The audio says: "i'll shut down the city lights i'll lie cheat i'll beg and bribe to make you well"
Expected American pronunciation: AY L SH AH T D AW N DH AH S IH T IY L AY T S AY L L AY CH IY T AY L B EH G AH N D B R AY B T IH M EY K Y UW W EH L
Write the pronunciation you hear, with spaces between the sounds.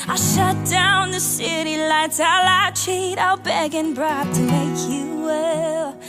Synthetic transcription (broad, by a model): AY SH AH T D AW N DH AH S IH T IY L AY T AY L L AY CH IY T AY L B EH G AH N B R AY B T IH M EY K Y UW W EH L